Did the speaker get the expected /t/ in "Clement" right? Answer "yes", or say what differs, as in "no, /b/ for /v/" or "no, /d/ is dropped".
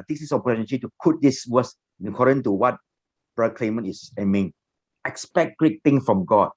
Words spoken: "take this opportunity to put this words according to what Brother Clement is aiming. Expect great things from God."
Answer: no, /t/ is dropped